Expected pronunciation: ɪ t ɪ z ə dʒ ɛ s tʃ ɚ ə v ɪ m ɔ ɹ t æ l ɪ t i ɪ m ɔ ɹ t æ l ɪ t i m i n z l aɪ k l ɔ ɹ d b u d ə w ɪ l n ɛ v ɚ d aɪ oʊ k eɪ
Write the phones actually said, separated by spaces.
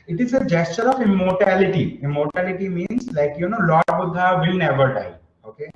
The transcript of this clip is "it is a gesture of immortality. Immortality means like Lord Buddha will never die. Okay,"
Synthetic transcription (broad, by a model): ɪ t ɪ z ə dʒ ɛ s tʃ ɚ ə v ɪ m ɔ ɹ t æ l ɪ t i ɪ m ɔ ɹ t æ l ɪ t i m i n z l aɪ k n ɔ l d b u d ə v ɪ l n ɛ v ɚ d aɪ oʊ k eɪ